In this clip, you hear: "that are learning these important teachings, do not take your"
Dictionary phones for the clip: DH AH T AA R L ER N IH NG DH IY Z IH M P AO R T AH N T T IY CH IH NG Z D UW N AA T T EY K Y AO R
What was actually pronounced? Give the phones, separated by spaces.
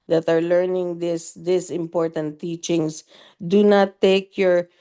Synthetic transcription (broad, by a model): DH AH T AA R L ER N IH NG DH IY S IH M P AO R T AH N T T IY CH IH NG S D UW N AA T T EY K Y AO R